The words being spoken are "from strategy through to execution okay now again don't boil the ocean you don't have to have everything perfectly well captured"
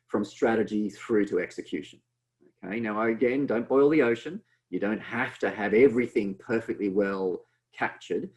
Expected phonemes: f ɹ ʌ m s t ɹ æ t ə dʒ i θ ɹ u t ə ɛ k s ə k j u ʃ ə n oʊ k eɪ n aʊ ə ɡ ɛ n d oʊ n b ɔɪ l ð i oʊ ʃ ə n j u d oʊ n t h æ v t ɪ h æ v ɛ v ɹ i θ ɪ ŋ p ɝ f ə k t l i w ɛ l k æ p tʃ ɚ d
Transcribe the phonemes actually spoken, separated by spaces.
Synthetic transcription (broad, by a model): f ɹ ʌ m s t ɹ æ t ə dʒ i θ ɹ u t ə ɛ k s ə k j u ʃ ə n oʊ k eɪ n aʊ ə ɡ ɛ n d oʊ n b ɔɪ l ð i oʊ ʃ ə n j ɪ d oʊ n t h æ f t ɪ v ɛ v ɹ i θ ɪ ŋ p ɝ f ə k t l i w ɛ l k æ p tʃ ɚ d